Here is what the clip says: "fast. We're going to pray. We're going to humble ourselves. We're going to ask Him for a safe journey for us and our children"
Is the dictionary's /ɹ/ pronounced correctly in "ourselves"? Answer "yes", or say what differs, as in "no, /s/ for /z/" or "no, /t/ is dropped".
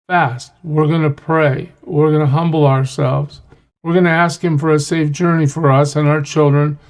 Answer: yes